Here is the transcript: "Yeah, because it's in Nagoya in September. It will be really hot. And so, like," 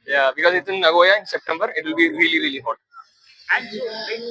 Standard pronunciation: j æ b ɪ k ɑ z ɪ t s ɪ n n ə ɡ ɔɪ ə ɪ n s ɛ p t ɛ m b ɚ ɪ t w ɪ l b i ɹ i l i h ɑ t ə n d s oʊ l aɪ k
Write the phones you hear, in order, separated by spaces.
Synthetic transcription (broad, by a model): j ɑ b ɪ k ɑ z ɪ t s ɪ n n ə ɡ ɔɪ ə ɪ n s ɛ p t ɛ m b ɚ ɪ t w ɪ l b i ɹ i i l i t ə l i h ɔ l